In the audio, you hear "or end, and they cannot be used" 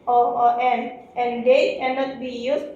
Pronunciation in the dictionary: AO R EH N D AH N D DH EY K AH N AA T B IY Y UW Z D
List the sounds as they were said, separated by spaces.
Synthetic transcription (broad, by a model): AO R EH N AH N D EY K AH N AA T B IY Y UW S